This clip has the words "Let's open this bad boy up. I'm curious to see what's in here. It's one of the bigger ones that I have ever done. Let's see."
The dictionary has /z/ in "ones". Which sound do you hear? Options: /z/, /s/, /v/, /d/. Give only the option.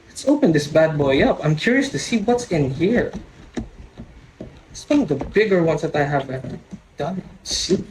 /s/